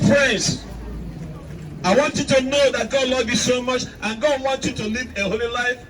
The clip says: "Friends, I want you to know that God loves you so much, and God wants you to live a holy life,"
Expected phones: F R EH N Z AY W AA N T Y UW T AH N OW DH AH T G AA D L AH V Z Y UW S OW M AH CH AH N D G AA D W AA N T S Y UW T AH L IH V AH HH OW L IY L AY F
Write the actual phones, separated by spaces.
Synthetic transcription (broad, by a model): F R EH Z AY W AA N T Y UW T AH N OW DH AH T G AA D L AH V Y UW S OW M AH CH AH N G AA D W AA N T Y UW T AH L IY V AH HH OW L IY L AY F